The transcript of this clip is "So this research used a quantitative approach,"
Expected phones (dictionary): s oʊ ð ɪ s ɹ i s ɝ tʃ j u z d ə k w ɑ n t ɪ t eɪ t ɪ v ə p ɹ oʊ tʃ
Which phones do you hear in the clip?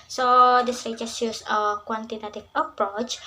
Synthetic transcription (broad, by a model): s oʊ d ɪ s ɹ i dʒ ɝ s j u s ə k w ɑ n t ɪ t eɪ t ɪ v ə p ɹ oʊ tʃ